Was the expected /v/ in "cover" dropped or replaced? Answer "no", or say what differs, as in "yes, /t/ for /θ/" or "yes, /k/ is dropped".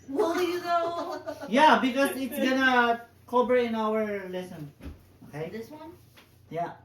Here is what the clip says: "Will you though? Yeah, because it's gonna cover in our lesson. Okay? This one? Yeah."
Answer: yes, /b/ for /v/